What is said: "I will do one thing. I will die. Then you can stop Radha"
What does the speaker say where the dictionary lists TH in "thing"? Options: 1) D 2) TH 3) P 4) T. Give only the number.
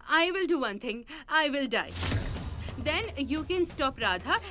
4